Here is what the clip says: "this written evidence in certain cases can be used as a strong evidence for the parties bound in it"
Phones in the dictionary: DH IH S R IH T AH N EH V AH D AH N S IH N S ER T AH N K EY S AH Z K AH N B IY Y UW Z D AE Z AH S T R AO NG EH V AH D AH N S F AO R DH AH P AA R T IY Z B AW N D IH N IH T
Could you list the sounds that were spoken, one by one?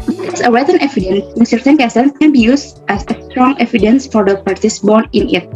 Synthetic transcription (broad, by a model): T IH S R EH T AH N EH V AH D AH N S IH N S ER T AH N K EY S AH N K AH N B IY Y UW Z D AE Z AH S T R AO NG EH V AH D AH N S F AO R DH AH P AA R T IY S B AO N IH N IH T